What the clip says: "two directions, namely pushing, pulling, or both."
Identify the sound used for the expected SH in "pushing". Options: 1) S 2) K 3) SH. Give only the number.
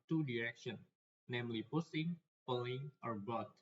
1